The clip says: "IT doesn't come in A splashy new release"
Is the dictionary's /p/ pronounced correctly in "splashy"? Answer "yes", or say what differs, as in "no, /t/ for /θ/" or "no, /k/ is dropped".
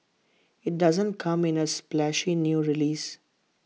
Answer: yes